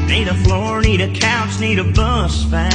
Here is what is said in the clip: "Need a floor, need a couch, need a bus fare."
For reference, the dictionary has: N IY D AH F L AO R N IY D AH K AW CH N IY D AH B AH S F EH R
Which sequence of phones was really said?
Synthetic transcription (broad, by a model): N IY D AH F L AO R N IY D AH K AW S N IY D AH B AH S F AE